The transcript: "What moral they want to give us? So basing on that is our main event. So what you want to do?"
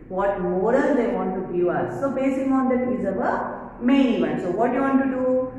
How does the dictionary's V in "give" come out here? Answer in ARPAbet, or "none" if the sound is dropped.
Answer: none